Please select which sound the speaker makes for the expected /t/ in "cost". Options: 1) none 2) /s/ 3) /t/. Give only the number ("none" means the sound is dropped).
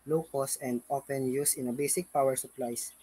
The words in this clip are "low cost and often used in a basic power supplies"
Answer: 1